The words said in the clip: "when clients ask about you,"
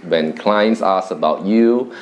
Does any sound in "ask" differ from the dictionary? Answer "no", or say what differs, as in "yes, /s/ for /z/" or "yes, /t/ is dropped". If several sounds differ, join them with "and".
yes, /k/ is dropped